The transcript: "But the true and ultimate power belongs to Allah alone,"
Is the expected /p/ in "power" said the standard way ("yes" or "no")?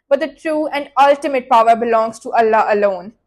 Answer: yes